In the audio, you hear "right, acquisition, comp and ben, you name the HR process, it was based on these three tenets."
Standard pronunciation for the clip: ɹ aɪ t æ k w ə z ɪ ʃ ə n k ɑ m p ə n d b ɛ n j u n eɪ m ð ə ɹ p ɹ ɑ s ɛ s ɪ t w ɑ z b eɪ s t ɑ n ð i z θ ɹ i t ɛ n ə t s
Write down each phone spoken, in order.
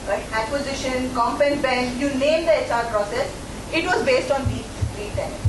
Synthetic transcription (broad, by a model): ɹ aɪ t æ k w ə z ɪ ʃ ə n k ɑ m p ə n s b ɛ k j u n eɪ m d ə ɹ p ɹ ɑ s ɛ s ɪ t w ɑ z b eɪ s t ɑ n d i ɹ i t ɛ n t